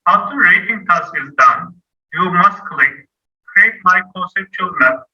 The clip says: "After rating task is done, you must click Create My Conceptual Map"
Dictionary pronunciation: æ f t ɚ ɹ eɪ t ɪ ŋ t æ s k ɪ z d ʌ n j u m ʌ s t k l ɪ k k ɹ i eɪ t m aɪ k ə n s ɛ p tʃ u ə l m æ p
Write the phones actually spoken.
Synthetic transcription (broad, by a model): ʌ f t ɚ ɹ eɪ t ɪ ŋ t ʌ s ɪ z d ʌ n j u m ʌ s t k l ɪ k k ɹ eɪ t m aɪ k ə s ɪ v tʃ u l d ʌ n